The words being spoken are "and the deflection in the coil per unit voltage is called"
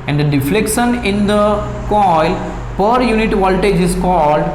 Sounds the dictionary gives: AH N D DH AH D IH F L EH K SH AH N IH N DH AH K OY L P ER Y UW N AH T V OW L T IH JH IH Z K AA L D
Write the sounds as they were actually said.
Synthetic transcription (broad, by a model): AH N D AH D IH F L EH K SH AH N IH N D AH K OY L P ER Y UW N AH T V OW L T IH JH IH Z K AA L D